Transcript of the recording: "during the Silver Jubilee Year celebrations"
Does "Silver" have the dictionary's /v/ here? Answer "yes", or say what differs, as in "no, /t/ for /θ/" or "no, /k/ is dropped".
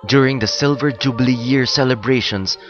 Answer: yes